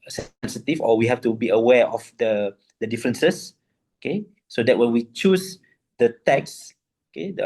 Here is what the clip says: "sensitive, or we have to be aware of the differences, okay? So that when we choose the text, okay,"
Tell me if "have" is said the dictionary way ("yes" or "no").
no